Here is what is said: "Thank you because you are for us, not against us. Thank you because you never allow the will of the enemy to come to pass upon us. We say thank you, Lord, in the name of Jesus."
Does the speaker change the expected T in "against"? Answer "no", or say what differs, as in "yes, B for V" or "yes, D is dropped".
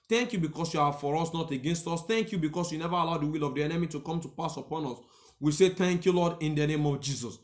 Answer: no